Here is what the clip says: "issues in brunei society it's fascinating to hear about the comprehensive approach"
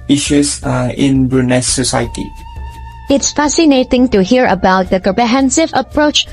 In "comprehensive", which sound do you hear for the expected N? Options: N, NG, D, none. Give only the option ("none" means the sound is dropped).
N